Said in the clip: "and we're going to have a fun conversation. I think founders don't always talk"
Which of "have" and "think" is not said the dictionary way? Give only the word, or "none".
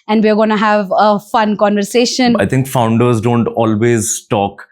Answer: think